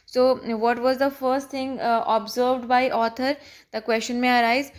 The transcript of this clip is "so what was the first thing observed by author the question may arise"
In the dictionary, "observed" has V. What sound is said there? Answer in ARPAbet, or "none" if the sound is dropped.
V